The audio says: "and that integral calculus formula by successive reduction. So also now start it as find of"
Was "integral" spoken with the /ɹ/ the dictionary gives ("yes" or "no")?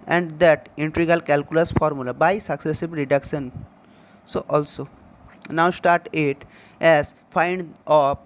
no